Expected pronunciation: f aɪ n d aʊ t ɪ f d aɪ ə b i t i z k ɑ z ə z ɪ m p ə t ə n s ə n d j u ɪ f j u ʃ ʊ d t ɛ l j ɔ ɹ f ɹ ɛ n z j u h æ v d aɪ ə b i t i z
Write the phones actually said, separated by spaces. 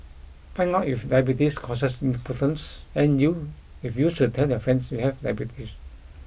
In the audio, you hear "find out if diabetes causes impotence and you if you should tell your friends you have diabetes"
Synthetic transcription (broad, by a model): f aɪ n aʊ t ɪ f d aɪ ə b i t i s k ɑ s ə s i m p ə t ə n s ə n j u ɪ f j u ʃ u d t ɛ l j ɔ f ɹ ɛ n s j u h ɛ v d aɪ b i t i s